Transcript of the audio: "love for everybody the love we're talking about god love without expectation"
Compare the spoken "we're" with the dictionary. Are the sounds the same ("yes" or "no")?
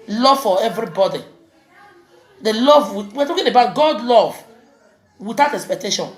no